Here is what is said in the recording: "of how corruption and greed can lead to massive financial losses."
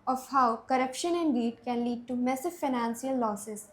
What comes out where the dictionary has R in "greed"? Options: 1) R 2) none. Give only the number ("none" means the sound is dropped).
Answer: 2